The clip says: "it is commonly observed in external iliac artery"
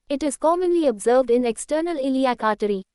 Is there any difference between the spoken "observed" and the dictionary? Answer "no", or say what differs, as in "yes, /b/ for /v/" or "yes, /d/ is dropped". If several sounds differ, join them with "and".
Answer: no